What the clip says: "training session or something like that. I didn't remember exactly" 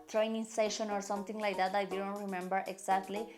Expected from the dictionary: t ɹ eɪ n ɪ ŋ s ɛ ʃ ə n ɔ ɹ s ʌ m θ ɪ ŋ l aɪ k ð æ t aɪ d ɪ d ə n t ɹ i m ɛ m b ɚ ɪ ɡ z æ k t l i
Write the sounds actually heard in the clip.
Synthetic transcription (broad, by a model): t ɹ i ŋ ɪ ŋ s ɛ ʃ ə n ɔ ɹ s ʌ m t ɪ ŋ l aɪ k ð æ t aɪ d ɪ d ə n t ɹ i m ɛ m b ɚ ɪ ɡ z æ k t l i